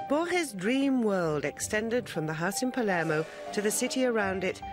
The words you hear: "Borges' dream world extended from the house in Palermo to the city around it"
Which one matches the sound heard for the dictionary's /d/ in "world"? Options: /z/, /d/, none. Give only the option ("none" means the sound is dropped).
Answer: /d/